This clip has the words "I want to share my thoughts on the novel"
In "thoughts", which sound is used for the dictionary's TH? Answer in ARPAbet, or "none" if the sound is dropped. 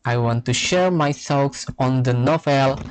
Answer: S